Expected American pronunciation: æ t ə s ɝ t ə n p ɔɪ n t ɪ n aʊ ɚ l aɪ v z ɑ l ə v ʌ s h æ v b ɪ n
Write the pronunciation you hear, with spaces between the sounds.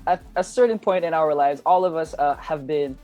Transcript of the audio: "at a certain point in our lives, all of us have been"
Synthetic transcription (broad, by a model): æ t ə s ɝ t n p ɔɪ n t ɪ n aʊ ɚ l aɪ v z ɑ l ə v ʌ s h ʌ v b ɪ n